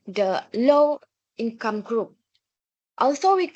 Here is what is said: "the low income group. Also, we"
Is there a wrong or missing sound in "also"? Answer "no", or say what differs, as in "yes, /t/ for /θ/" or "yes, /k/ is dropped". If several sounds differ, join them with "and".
no